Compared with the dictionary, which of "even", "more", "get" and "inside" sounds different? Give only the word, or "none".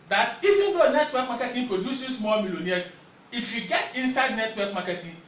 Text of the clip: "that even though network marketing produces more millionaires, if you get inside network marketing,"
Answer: more